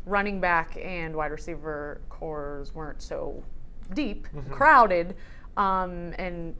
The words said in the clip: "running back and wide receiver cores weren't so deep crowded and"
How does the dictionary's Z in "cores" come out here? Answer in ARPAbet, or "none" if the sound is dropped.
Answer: Z